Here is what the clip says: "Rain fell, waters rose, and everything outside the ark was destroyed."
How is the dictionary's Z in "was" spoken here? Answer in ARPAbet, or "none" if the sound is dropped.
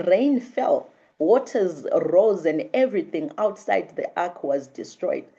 Z